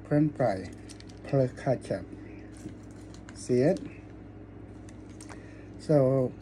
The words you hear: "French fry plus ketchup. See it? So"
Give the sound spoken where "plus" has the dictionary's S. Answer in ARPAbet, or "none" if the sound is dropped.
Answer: none